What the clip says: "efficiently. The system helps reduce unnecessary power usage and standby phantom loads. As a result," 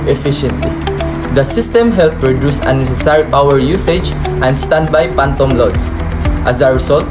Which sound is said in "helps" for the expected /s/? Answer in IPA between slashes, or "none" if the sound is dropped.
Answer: none